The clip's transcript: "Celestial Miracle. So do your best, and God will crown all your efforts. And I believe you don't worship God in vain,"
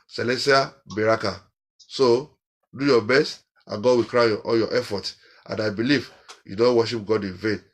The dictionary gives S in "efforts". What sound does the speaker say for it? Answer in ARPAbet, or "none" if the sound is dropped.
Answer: none